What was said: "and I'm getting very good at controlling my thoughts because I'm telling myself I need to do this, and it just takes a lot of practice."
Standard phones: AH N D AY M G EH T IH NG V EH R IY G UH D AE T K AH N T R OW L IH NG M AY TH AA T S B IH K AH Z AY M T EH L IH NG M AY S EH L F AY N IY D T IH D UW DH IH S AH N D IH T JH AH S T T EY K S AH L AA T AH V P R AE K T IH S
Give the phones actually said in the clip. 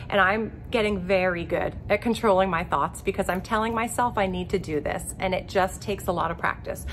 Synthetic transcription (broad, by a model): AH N AY M G EH T IH NG V EH R IY G UH D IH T K AH N T R OW L IH NG M AY TH AA T S B IH K AH Z AY M T EH L IH NG M AY S EH L F AY N IY D T IH D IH DH IH S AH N IH T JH AH S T T EY K S AH L AA T AH V P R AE K T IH S